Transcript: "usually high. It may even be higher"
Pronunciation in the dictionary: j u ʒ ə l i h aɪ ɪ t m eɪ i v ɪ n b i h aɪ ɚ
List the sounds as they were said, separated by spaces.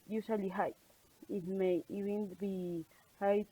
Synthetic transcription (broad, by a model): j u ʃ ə l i h aɪ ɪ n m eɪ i b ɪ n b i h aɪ